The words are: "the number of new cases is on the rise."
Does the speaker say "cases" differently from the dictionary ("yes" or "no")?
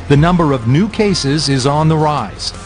no